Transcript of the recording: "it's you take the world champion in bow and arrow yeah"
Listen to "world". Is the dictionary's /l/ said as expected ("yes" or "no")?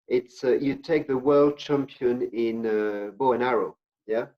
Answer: yes